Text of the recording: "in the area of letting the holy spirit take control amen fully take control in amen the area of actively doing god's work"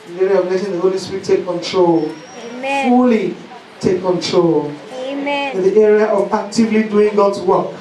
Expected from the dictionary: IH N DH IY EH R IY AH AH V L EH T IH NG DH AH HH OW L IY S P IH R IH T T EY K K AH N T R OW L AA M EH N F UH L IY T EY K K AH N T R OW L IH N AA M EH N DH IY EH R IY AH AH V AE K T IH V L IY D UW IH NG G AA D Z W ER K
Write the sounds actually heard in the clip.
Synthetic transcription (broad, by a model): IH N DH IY EH R IY AH AH V N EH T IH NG DH AH HH OW L IY S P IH R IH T T EY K K AH N T R OW L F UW L IY T EY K K AH N T R OW L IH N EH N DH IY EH R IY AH AH V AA K T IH V L IY D UW IH NG G AA D Z W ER K